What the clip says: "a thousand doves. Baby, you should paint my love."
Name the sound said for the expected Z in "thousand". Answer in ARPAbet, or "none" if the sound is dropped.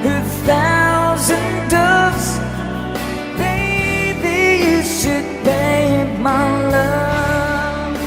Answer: Z